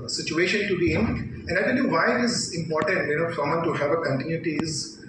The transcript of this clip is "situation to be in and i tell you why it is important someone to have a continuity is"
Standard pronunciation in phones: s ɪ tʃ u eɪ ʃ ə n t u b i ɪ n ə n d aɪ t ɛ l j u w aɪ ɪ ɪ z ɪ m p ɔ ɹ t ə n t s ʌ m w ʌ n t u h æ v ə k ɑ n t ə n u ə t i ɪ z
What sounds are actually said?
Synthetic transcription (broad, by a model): s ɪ tʃ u eɪ ʃ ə n t u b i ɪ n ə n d aɪ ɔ n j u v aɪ ɪ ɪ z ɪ m p ɔ ɹ t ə n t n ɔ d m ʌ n t u h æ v ə k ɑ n t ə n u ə t i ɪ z